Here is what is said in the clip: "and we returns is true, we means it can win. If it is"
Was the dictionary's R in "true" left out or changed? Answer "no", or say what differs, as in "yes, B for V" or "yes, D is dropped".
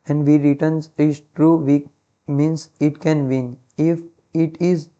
no